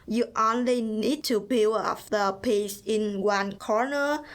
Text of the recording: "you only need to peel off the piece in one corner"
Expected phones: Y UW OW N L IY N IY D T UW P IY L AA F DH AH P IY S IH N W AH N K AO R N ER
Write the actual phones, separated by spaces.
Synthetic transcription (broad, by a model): Y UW OW N L IY N IY D T UW B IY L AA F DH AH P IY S IH N W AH N K AO R N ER